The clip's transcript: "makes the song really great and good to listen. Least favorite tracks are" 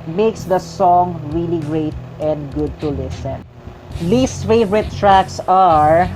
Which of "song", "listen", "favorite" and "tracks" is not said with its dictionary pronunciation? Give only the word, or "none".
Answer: none